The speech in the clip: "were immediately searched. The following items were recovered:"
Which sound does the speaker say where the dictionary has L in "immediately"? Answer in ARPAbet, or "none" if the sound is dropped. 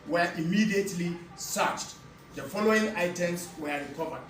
L